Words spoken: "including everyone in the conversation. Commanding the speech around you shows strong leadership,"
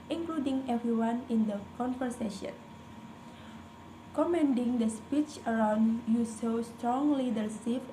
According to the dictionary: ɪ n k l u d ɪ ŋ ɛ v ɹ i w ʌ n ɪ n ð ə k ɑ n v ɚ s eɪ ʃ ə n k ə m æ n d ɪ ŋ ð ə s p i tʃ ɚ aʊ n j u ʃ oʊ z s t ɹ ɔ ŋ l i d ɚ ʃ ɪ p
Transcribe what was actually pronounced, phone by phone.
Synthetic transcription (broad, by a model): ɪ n k l u d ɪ ŋ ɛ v ɹ i w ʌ n ɪ n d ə k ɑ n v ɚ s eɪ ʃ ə n k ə m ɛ n d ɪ ŋ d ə s p i tʃ ɚ aʊ n j u s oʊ s t ɹ ɔ ŋ l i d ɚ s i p